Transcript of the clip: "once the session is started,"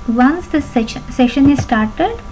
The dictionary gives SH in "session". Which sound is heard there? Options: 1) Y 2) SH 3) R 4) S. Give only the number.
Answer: 2